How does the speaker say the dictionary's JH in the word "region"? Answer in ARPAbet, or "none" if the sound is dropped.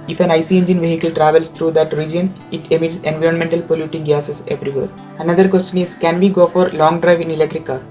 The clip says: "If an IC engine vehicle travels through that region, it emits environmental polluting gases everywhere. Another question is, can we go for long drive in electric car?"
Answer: JH